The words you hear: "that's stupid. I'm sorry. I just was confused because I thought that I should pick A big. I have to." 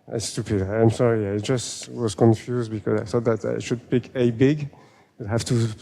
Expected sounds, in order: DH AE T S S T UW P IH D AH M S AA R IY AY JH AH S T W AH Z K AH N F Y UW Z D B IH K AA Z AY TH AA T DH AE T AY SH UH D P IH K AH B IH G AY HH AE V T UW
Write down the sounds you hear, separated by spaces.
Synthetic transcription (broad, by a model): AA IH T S S T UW P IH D AH M S AA R IY AY JH AH S T W AH Z K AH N F Y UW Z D B IH K AA Z AY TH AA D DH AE T AY SH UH D P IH K AH B IH G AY HH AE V T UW